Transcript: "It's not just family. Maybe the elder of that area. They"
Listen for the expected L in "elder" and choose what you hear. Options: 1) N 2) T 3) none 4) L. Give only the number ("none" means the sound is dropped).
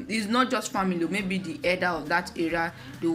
3